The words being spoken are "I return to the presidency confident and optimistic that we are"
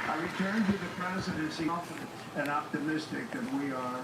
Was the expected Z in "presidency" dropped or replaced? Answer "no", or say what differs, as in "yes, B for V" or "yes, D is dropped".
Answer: no